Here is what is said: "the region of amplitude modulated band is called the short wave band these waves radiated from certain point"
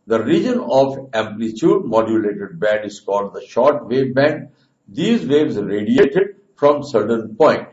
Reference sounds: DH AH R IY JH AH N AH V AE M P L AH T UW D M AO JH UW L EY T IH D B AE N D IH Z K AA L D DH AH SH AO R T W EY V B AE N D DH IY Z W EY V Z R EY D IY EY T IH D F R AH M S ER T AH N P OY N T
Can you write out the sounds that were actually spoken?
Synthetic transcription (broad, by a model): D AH R IY JH AH N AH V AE M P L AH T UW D M AO JH UW L EY T IH D B AE N D IH Z K AA L D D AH SH AO R T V EY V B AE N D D IY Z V EY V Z R EY D IY EY T IH D F R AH M S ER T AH N P OY N T